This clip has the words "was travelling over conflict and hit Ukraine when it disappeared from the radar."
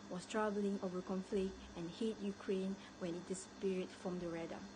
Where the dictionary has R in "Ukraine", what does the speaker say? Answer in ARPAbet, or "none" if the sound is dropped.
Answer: R